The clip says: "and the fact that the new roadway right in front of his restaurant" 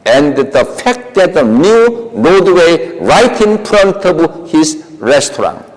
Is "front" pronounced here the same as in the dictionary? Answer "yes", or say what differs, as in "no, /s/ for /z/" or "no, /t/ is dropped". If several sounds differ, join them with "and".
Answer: no, /p/ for /f/